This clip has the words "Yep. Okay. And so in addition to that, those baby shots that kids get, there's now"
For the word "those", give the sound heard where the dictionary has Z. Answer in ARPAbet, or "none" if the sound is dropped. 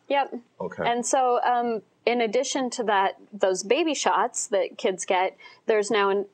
Z